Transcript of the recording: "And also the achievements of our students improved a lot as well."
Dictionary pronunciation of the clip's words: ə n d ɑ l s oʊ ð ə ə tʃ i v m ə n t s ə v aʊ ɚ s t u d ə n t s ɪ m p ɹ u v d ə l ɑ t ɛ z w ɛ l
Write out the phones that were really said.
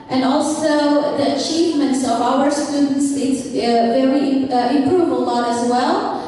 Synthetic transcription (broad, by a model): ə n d ɑ l s oʊ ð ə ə tʃ i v m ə n t s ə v aʊ ɚ s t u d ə n t s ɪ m p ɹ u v ə l ɑ t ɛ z w ɛ l